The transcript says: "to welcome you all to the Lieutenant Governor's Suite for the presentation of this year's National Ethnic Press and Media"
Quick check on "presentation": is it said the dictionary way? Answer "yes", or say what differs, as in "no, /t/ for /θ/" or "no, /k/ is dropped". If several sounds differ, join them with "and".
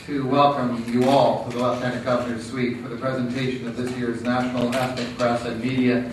yes